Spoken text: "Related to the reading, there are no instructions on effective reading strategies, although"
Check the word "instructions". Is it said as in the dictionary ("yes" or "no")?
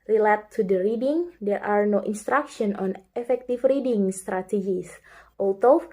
no